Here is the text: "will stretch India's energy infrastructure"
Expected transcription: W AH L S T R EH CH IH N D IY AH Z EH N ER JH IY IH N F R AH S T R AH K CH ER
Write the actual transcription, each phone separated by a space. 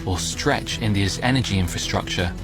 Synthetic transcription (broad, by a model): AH S T R EH CH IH N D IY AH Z EH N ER JH IY IH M F R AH S T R AH K CH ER